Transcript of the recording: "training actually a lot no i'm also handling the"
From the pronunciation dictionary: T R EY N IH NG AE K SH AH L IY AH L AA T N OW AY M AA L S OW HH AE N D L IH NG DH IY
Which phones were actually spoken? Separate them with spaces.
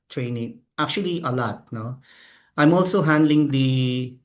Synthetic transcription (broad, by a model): T R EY N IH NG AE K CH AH L IY AH L AA T N OW AY M AA L S OW HH AE N D L IH NG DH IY